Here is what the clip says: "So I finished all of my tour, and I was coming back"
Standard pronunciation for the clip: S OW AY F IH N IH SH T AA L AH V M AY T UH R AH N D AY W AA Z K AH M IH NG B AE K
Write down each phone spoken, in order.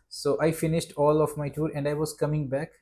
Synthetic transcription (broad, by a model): S OW AY F IH N IH SH T AA L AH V M AY T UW R AH N D AY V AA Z K AH M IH NG B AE K